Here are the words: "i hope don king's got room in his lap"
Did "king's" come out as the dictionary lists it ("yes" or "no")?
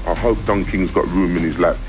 yes